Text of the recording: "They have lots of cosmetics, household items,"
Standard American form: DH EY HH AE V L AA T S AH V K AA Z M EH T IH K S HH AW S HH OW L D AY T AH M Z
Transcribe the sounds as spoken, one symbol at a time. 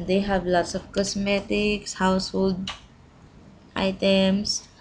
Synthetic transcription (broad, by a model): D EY HH AE V L AA T S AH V K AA S M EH T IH K S HH AW S HH OW L D AY T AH M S